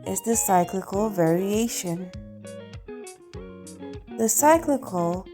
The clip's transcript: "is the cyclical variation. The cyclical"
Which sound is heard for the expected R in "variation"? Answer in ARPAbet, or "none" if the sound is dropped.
R